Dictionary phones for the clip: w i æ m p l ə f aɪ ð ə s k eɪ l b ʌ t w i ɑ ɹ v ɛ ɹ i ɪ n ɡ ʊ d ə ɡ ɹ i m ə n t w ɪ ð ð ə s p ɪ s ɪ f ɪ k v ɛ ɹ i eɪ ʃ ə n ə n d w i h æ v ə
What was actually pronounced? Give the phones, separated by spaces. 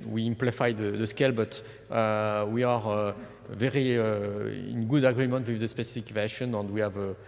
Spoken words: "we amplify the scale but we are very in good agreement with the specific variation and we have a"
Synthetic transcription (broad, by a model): w i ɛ m p l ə f aɪ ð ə s k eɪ l b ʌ t w i ɑ ɹ v ɛ ɹ i ɪ n ɡ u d ə ɡ ɹ i m ə n t w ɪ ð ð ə s p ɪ s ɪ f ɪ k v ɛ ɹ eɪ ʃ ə n ə n d w i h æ v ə